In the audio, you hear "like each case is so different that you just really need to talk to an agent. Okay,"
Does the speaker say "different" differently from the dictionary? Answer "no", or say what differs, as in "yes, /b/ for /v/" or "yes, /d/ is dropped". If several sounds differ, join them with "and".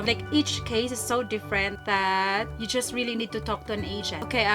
no